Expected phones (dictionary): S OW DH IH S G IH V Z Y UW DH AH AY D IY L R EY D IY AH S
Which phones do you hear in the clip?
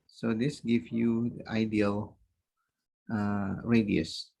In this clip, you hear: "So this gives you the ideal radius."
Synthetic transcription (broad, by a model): S OW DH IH S G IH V Y UW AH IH D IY L R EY D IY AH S